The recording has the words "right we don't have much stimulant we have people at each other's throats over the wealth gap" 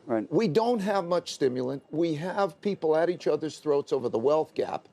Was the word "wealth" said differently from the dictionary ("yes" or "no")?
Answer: no